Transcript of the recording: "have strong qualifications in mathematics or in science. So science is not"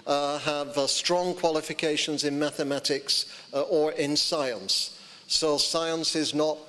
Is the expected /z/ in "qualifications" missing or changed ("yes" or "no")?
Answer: no